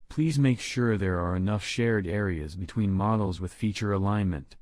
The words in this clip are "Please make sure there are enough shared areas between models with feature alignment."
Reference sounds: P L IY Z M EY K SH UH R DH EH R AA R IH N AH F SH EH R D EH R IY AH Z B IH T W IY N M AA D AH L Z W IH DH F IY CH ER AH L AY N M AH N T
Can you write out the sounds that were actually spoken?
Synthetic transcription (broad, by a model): P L IY Z M EY K SH UH R DH EH R AA R IH N AH F SH EH R D EH R IY AH Z B IH T W IY N M AA D L Z W IH DH F IY CH ER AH L AY N M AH N T